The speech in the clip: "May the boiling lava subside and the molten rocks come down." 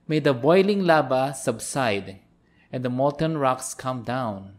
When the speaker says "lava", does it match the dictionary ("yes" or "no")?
no